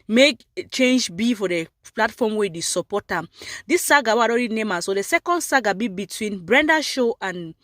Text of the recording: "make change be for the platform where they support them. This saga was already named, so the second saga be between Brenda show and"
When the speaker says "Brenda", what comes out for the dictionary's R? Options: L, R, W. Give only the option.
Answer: R